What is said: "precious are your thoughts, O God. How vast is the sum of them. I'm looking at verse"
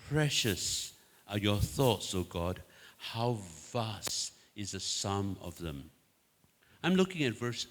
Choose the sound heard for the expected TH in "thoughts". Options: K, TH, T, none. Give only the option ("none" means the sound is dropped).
TH